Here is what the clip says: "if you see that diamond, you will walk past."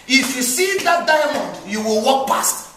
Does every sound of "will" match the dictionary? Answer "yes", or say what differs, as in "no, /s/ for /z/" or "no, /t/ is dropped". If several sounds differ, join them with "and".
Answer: yes